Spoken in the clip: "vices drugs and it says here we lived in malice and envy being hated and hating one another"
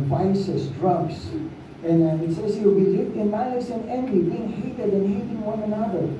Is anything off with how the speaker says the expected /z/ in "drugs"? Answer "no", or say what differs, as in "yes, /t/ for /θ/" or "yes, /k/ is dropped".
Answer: yes, /s/ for /z/